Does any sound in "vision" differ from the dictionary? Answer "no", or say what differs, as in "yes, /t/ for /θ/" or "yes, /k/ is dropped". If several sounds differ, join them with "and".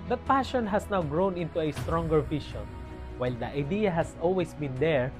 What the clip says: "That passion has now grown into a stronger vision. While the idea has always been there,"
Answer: yes, /ʃ/ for /ʒ/